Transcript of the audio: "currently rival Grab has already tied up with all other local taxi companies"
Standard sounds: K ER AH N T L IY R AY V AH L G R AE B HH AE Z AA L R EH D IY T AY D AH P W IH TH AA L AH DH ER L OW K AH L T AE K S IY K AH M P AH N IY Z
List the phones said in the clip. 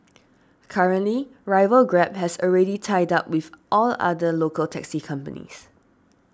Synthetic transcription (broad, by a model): K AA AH N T L IY R AY V AH L G R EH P HH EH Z AA L R EH D IY T AY D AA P W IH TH AA L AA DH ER L OW K AH L T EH K S IY K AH M P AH N IY S